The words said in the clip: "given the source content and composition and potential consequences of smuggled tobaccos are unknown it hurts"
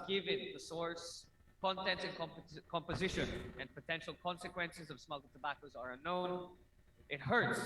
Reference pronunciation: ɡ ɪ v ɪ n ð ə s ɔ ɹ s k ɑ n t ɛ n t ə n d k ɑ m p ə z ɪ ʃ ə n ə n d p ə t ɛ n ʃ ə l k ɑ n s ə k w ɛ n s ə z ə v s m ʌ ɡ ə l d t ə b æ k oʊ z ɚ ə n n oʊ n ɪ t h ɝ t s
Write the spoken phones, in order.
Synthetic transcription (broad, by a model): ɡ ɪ v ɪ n ð ə s ɔ ɹ s k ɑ n t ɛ n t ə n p k ɑ m p ə z ɪ ʃ ə n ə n p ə t ɛ n ʃ l k ɑ n s ə k w ɛ n s ə z ə v s m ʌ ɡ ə t ə b æ k oʊ z ɚ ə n n oʊ n ɪ t h ɝ t s